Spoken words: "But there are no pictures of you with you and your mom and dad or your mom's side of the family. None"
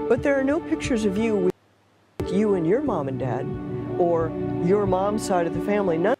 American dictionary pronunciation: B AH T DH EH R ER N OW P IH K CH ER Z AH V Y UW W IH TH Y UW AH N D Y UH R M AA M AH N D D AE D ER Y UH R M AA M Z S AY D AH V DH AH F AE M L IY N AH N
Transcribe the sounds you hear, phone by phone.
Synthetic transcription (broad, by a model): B AH T DH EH R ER N OW P IH K CH ER Z AH V Y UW W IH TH Y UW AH N Y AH R M AA M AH N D D AE D ER Y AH R M AA M S AY D AH V DH AH F AE M L IY N AH